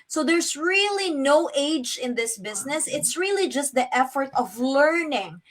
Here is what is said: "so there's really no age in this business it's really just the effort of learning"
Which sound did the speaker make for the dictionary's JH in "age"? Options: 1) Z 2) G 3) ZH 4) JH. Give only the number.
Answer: 4